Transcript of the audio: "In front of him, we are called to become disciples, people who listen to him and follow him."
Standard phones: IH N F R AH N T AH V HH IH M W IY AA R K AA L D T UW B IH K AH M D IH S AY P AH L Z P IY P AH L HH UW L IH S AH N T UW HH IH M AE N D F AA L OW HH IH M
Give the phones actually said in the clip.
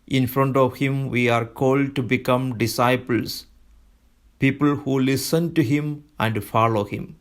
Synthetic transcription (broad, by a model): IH N F R AH N T AH V HH IH M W IY AA R K AA L D T UW B IH K AH M D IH S AY P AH L S P IY P AH L HH UW L IH S AH N T UW HH IH M AE N D F AA L OW HH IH M